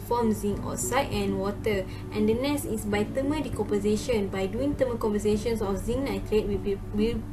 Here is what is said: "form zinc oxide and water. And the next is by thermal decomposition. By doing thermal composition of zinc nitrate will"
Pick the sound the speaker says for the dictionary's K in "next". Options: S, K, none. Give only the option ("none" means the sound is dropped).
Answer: none